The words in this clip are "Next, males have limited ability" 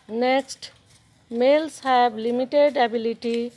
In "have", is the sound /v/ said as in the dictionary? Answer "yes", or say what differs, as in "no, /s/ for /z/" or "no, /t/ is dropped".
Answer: no, /b/ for /v/